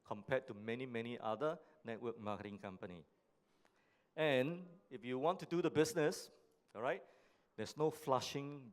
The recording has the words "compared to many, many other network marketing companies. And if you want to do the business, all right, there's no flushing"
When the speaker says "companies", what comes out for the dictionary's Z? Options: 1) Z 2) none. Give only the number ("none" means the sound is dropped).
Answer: 2